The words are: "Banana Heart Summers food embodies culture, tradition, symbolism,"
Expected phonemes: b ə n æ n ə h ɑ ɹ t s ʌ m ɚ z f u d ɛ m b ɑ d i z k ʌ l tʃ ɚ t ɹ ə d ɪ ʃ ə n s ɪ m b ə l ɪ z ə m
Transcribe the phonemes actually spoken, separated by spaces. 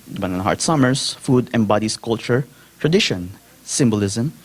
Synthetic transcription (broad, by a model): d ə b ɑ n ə h ɑ ɹ t s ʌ m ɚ s f u d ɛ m b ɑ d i s k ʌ l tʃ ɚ t ɹ ə d ɪ ʃ ə n s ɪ m b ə l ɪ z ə m